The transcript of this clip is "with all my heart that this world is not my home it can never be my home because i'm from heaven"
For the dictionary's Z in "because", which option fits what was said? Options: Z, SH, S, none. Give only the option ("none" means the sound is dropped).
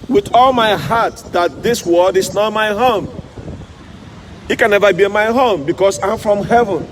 S